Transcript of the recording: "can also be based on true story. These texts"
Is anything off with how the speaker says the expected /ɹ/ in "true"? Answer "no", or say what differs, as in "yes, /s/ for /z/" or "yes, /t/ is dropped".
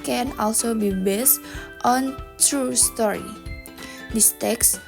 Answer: no